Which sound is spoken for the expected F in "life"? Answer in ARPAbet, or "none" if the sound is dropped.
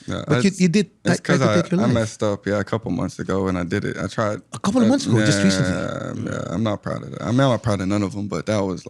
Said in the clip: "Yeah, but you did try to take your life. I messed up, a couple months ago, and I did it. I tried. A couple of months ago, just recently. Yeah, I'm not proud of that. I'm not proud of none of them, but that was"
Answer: none